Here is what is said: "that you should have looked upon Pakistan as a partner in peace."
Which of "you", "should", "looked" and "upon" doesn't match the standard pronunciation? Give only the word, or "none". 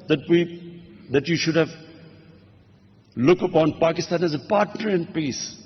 looked